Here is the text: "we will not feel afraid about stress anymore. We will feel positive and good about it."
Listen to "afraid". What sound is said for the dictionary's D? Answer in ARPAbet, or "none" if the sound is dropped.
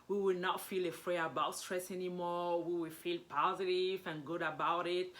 none